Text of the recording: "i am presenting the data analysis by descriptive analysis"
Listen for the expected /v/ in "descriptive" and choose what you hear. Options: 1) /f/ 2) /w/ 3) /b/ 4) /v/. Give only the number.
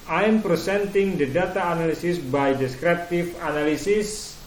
1